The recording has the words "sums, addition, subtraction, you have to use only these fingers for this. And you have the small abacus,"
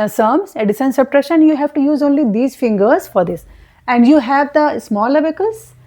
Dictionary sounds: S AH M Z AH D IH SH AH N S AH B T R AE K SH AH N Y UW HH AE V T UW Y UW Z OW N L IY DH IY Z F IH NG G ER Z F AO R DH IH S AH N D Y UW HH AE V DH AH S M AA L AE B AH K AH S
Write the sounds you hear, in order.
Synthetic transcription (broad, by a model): S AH M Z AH D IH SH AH N S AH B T R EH SH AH N Y UW HH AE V T UW Y UW Z OW N L IY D IY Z F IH NG G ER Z F AO R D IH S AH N D Y UW HH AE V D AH S M AA L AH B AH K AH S